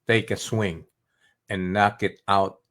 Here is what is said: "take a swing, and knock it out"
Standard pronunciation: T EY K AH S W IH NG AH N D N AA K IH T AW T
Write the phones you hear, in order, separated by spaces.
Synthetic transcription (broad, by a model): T EY K AH S W IH NG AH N N AA K IH T AW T